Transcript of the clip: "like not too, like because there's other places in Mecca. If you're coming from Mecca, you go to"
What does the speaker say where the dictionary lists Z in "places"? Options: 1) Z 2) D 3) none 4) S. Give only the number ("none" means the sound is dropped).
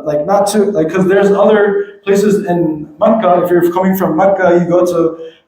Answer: 1